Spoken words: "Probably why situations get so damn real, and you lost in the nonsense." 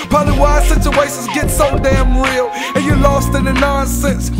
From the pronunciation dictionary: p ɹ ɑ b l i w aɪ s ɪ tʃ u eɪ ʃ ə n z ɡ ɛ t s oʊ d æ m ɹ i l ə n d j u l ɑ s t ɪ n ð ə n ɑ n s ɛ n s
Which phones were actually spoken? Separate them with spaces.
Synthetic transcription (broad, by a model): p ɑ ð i w aɪ s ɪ tʃ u eɪ ʃ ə n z ɡ ɛ t s oʊ d æ m ɹ i l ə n j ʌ l ɑ s t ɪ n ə n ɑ n s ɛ n s